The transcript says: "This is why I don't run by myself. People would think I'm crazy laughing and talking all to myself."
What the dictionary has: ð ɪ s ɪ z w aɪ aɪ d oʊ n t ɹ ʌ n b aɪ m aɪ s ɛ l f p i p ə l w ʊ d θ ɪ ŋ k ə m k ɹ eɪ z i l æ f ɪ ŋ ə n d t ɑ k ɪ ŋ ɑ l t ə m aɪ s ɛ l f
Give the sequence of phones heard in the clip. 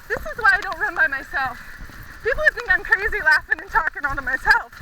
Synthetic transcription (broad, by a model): ð ɪ s ɪ z w aɪ aɪ d oʊ n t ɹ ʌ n b aɪ m aɪ s ɛ l f p i p l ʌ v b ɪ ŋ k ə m k ɹ eɪ z i l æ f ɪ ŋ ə n t ɑ k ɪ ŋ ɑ n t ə m aɪ s ɛ l f